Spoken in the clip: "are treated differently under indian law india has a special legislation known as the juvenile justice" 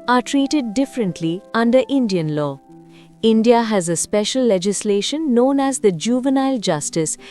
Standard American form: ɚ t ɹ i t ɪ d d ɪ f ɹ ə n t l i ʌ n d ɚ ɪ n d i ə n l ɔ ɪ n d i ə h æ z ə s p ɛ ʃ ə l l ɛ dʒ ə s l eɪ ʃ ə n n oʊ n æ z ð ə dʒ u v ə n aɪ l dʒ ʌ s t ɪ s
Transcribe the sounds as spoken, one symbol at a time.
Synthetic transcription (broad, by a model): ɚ t ɹ i t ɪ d d ɪ f ɹ ə n t l i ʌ n d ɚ ɪ n d i ə n l ɔ ɪ n d i ə h æ z ə s p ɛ ʃ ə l l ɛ dʒ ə s l eɪ ʃ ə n n oʊ n æ z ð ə dʒ u v ə n aɪ l dʒ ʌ s t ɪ s